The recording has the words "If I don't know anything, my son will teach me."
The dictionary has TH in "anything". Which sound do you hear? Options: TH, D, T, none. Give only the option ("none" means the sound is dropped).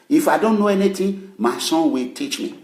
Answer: T